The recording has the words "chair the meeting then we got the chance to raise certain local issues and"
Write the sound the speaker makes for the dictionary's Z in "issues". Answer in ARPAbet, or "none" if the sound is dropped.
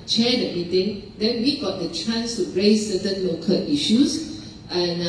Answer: S